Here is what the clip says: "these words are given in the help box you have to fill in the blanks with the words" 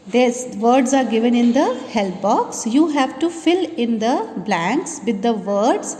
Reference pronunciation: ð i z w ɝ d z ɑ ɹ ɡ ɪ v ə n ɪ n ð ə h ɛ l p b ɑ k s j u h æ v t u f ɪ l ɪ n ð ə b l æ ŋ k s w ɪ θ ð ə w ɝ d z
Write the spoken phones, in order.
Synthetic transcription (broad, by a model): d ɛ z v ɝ d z ɑ ɹ ɡ ɪ v ə n ɪ n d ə h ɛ l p b ɑ k s j u h æ v t u f ɪ l ɪ n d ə b l æ ŋ k s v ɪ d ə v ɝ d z